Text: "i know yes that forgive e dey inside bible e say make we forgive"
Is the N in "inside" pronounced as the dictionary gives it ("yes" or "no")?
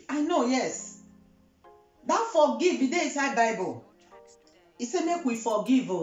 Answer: no